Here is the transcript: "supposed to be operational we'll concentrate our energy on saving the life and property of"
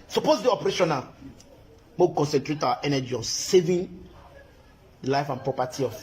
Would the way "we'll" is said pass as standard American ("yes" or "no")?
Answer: no